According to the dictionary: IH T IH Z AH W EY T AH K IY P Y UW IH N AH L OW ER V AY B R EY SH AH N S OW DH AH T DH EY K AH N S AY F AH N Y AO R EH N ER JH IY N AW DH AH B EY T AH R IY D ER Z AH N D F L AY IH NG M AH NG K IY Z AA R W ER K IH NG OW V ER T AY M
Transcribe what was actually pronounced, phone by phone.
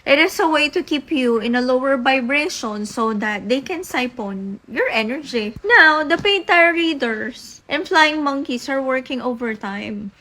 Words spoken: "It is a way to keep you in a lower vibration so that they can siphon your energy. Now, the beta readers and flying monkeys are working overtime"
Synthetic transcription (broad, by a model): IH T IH S AH W EY T AH K IY P Y UW IH N AH L OW ER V AY B R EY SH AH N S OW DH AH T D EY K AH N S AY P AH N Y AO R EH N ER JH IY N AW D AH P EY T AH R IY D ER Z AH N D F L AY IH NG M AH NG K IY S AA R W ER K IH NG OW V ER T AY M